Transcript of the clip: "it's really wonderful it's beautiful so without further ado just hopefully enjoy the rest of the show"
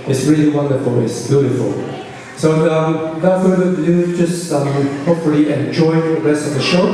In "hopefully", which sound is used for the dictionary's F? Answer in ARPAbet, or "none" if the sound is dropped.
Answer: none